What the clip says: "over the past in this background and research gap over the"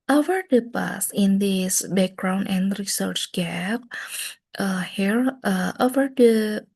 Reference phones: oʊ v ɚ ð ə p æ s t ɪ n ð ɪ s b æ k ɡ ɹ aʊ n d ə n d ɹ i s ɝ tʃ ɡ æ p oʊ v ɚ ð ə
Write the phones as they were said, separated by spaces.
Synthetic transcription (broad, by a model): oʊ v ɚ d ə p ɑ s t ɪ n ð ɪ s b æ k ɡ ɹ aʊ n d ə n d ɹ i s ɝ tʃ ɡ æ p oʊ v ɚ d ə